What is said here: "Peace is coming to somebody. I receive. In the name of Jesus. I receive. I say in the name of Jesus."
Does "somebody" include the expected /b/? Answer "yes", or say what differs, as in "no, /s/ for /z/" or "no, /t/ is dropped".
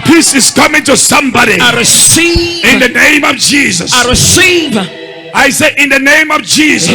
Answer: yes